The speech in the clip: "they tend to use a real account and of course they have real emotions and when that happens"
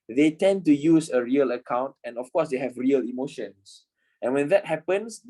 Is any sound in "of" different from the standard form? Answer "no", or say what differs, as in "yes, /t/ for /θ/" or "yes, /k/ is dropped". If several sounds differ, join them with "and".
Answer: yes, /f/ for /v/